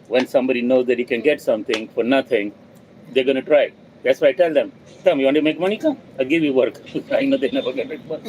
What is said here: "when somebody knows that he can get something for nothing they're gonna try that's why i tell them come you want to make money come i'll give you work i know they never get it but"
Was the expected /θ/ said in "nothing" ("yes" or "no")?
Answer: no